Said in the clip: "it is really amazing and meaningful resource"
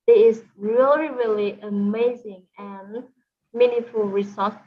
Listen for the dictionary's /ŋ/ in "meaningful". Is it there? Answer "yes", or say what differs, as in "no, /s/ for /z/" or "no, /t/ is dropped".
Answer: no, /ŋ/ is dropped